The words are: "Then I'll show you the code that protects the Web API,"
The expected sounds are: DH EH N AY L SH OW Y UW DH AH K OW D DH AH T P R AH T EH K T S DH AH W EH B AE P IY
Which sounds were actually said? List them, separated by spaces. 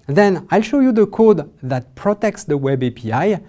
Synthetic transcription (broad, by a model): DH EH N AY L SH OW Y UW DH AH K OW D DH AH T P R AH T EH K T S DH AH W EH B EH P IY